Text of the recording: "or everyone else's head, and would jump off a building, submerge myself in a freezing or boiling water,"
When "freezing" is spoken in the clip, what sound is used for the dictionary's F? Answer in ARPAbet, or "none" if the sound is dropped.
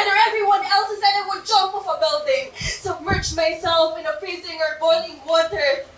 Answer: P